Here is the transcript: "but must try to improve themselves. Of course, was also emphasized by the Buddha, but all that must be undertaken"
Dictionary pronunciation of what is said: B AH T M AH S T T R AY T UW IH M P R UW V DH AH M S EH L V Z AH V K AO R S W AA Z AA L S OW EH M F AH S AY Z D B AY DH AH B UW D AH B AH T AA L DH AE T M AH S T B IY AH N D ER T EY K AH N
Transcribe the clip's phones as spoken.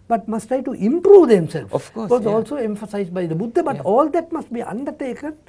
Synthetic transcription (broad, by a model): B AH T M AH S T T R AY T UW IH M P R UW V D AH M S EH L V AH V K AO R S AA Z AA L S OW EH M F AH S AY Z D B AY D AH B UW D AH B AH T AA L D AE T M AH S T B IY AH N D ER T EY K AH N